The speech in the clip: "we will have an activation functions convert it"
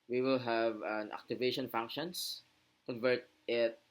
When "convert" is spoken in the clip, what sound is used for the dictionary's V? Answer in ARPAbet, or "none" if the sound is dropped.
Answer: V